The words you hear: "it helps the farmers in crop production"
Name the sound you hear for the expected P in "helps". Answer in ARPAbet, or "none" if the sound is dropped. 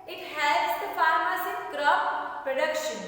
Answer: none